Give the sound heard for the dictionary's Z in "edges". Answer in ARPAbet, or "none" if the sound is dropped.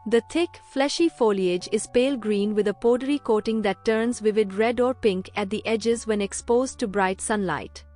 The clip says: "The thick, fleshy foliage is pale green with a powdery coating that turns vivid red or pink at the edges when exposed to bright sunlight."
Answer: Z